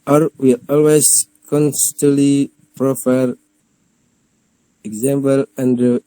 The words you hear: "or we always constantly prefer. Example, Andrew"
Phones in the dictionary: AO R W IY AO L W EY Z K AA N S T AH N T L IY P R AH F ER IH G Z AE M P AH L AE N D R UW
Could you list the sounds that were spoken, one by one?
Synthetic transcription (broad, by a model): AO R W IY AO L W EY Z K AA N S T AH N T L IY P R AH F ER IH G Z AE M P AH L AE N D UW